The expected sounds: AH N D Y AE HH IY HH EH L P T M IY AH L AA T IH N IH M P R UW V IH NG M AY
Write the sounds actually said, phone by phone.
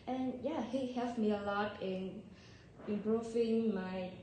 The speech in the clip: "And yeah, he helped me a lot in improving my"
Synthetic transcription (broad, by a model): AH N Y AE HH IY HH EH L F M IY AH L AA T IH N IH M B R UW F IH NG M AY